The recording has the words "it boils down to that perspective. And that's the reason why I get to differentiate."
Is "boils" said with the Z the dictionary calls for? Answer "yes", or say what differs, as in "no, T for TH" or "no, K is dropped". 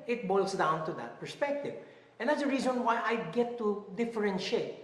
no, S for Z